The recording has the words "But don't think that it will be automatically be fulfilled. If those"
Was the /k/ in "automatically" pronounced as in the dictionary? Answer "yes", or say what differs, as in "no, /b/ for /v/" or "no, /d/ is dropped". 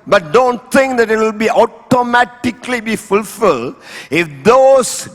yes